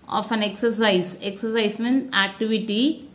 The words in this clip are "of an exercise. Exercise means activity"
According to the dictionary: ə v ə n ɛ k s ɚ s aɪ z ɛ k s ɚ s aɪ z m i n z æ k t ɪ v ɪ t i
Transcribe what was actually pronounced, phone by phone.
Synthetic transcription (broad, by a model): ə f ə n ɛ k s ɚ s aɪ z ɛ k s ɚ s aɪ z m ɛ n æ k t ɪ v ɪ t i